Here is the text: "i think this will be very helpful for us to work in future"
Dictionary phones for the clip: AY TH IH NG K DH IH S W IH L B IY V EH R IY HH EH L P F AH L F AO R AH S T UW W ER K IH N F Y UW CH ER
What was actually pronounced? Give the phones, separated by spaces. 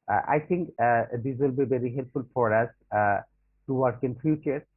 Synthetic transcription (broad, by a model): AY T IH NG K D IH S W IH L B IY V EH R IY HH EH L P F AH L F AO R AH S T UW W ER K IH N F Y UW CH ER